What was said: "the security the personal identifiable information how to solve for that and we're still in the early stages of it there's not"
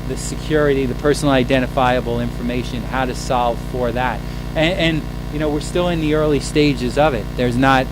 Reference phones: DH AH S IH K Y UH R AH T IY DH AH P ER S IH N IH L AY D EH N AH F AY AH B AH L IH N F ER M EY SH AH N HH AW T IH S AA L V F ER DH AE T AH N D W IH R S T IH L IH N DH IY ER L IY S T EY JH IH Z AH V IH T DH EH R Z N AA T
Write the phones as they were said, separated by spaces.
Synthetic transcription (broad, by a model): DH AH S IH K Y UH R AH T IY DH AH P ER S N L AY D EH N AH F AY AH B L IH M F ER M EY SH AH N HH AW T IH S AA L V F ER DH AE T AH N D W IH R S T IH L IH N DH IY ER L IY S T EY JH IH Z AH V IH T DH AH R Z N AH T